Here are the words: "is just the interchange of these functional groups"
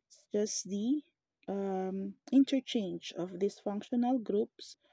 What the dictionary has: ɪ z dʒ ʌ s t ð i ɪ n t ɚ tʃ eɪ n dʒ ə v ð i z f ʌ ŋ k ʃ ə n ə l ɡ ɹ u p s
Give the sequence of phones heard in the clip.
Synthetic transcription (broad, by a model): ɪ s dʒ ʌ s t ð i ɪ n t ɚ tʃ eɪ n dʒ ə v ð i s f ʌ ŋ k ʃ ə n ə l ɡ ɹ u p s